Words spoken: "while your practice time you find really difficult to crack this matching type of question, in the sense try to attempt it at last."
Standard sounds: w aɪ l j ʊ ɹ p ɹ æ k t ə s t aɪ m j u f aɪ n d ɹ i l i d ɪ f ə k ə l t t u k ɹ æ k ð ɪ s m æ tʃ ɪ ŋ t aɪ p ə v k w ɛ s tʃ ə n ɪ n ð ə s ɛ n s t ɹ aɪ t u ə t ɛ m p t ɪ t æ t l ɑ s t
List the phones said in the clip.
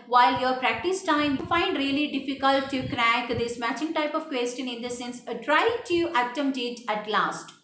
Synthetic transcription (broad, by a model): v aɪ l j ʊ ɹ p ɹ æ k t ə s t aɪ m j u f aɪ n d ɹ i l i d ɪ f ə k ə l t t u k ɹ æ k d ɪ s m æ tʃ ɪ ŋ t aɪ p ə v k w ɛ s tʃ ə n ɪ n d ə s ɛ n s t ɹ aɪ t u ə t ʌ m t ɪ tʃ æ t l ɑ s t